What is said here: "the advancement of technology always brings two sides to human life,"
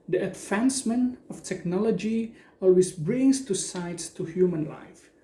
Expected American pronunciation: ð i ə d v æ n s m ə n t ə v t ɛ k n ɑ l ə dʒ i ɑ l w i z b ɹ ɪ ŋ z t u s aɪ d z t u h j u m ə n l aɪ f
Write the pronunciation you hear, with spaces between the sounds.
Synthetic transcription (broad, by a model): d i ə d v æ n s m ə n ə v t ɛ k n ɑ l ə dʒ i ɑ l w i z b ɹ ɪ ŋ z t u s aɪ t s t u h j u m ə n l aɪ f